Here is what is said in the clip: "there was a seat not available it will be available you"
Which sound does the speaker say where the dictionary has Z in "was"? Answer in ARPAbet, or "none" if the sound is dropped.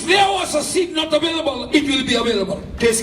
S